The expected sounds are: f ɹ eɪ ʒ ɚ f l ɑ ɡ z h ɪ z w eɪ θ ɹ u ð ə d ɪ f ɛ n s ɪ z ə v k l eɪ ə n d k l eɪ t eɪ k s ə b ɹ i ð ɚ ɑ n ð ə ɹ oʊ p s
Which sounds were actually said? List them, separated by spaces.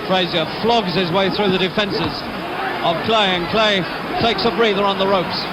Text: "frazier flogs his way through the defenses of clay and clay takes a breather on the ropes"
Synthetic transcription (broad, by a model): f ɹ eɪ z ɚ f l ɑ ɡ z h ɪ z w eɪ θ ɹ u ð ə d ɪ f ɛ n s ɪ z ə v k l eɪ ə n k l eɪ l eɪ k s ə b ɹ i ð ɚ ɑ n ð ə ɹ oʊ p s